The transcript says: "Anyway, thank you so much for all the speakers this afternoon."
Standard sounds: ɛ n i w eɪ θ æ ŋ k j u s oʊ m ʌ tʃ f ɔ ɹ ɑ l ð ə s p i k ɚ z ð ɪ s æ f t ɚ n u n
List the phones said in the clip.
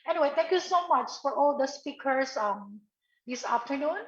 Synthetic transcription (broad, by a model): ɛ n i w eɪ t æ ŋ k j u s oʊ m ʌ tʃ f ɔ ɹ ɑ l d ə s p i k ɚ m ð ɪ s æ f t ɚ n u n